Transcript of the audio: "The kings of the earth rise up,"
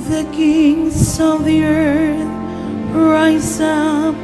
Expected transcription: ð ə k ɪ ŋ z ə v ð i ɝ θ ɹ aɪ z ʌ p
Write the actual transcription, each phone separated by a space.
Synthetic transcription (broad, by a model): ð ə k ɪ ŋ z ə v ð i ɝ θ ɹ aɪ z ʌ